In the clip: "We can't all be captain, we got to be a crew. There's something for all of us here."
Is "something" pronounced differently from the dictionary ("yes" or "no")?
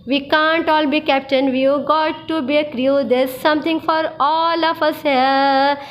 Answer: yes